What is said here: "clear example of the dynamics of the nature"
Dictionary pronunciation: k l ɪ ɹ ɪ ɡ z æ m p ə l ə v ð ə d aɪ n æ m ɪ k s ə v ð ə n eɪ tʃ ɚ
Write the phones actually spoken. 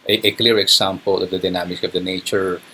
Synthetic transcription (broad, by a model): k l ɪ ɹ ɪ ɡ s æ m p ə l ə v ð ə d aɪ n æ m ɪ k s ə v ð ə n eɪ tʃ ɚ